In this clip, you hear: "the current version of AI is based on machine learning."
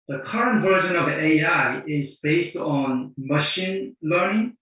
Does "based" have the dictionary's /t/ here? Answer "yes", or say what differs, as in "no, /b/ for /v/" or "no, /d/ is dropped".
yes